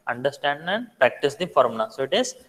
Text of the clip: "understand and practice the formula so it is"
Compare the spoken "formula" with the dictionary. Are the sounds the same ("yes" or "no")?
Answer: no